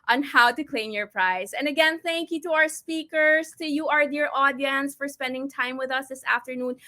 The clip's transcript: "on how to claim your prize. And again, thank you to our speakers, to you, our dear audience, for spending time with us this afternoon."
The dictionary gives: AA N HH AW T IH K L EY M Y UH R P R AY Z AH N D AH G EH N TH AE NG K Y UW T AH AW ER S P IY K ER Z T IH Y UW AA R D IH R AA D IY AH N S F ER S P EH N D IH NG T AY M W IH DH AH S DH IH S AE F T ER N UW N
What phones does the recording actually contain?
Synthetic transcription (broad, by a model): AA N HH AW T IH K L EY M Y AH R P R AY Z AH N AH G EH N TH AE NG K Y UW T AH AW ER S P IY K ER Z T IH Y UW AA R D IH R AA D IY AH N S F ER S P EH N D IH NG T AY M W IH DH AH S DH IH S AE F T ER N UW N